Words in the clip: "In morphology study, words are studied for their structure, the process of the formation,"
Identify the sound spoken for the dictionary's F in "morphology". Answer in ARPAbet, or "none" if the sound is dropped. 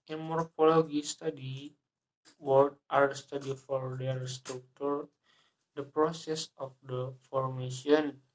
P